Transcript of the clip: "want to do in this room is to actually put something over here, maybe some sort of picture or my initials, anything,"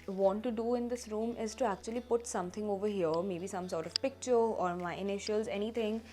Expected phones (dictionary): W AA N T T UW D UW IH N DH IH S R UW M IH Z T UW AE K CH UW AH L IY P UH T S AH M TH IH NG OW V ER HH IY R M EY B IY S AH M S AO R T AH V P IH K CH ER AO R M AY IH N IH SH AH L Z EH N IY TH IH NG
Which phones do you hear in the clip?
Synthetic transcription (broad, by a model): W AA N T T UW D UW IH N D IH S R UW M IH Z T UW AE K CH UW AH L IY P UH T S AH M T IH NG OW V ER HH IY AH M EY B IY S AH M S AO R T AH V P IH K CH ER AO R M AY IH N IH SH AH L Z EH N IY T IH NG